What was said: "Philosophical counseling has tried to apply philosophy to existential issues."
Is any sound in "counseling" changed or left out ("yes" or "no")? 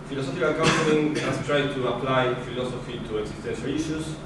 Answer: yes